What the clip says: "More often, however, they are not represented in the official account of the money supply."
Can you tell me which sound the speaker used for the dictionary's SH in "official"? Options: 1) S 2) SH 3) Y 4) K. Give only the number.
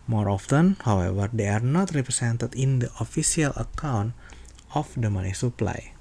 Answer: 1